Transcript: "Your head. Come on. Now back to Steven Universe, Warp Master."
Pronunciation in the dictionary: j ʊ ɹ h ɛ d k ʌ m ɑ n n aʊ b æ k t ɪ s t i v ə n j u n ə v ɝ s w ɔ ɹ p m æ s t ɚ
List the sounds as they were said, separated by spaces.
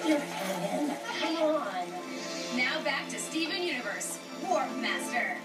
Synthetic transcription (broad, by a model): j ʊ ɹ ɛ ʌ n n aʊ b æ k t ɪ s t i v ə n j u n ə v ɝ s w ɔ ɹ f m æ s t ɚ